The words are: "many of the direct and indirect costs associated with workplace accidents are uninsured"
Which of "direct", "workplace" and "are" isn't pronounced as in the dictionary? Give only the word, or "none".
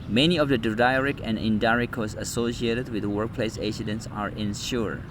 direct